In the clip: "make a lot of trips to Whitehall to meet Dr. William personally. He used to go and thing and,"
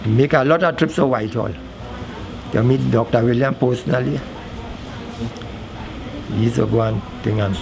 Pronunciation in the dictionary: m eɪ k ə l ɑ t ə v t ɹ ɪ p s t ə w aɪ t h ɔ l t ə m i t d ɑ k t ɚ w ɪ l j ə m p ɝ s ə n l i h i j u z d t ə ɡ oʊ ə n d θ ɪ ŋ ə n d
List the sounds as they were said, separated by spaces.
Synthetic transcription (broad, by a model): m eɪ k ə l ɑ t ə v t ɹ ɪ p s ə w aɪ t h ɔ l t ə m i t d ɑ k t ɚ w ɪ l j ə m p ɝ s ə n i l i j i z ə ɡ oʊ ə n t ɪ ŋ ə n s